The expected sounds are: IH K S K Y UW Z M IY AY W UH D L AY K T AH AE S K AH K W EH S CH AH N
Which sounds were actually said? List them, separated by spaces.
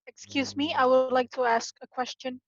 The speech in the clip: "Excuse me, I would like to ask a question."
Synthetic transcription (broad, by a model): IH K S K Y UW Z M IY AY W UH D L AY K T AH AE S K AH K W EH S CH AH N